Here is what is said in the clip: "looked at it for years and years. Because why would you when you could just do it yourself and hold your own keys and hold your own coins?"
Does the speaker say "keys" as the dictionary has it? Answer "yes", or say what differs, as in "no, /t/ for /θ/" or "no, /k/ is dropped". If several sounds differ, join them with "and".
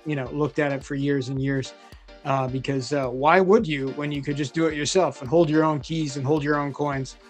yes